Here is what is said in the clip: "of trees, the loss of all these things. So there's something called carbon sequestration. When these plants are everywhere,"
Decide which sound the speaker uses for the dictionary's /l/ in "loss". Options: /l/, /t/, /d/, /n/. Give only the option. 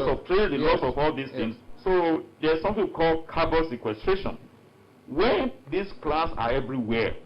/l/